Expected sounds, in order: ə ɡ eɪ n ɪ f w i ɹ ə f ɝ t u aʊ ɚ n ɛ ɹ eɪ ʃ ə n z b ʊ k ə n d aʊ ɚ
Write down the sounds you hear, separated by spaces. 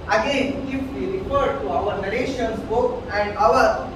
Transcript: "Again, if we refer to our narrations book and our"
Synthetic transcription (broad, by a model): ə ɡ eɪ n ɪ f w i ɹ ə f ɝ t u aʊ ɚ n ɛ l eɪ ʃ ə n s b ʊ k ə n d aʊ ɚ